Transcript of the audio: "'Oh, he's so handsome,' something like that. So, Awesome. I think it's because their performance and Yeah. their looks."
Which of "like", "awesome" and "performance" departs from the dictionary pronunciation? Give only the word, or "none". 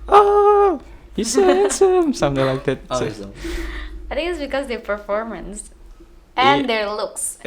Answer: awesome